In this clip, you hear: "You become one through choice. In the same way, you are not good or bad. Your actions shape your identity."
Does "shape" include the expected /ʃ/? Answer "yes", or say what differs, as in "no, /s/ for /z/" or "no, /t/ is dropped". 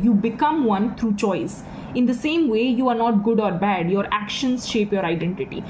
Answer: yes